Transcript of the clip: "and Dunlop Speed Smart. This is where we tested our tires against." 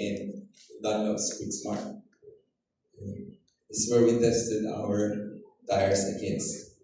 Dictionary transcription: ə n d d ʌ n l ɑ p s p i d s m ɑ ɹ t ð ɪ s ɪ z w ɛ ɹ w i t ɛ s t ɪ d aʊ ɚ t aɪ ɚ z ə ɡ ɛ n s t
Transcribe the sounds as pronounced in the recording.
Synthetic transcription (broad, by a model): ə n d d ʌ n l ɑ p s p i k s m ɑ ɹ t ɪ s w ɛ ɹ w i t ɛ s t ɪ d aʊ ɚ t aɪ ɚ s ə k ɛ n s